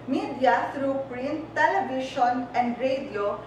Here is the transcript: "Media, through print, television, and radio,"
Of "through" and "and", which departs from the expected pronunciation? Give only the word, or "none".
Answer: through